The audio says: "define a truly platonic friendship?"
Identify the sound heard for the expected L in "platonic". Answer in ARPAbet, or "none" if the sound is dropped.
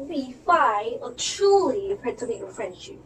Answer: none